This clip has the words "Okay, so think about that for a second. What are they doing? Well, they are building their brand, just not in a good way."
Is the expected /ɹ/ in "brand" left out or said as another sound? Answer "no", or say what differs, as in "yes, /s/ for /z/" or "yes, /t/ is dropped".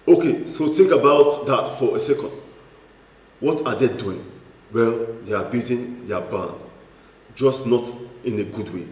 yes, /ɹ/ is dropped